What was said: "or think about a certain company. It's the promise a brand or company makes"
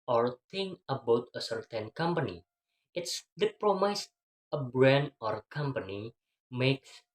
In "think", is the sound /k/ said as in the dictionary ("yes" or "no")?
no